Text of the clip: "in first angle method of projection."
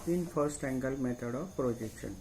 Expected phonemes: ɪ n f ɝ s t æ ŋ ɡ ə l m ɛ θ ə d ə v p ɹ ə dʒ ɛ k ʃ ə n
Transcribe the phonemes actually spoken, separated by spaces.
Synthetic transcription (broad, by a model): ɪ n p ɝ s t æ ŋ ɡ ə l m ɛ t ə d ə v p ɹ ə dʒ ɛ k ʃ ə n